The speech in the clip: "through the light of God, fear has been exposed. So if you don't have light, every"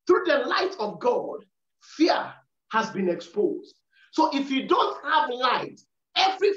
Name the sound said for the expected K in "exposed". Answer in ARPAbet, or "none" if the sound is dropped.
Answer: K